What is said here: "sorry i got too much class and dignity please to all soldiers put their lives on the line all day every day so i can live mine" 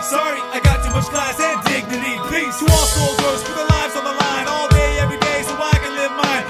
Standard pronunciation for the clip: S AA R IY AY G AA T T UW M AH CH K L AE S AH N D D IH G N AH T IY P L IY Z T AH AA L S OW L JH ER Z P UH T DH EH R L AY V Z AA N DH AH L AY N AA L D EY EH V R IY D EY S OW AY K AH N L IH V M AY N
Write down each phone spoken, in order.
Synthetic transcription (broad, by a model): S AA R IY AY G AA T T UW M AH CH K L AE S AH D D IH G N AH T IY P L IY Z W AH AA L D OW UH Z F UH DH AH L AY V Z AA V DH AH L AY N AA L D EY EH V R IY D EY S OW AY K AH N L IH V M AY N